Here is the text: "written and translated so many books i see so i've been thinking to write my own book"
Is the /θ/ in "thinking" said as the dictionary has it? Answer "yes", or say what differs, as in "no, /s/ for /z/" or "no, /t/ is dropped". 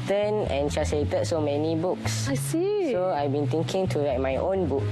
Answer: no, /t/ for /θ/